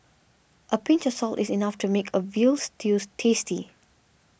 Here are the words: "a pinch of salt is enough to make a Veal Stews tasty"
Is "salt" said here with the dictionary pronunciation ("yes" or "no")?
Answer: yes